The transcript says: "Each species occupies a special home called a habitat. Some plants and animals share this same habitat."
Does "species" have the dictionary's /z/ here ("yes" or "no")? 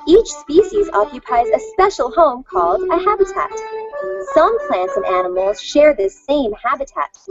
yes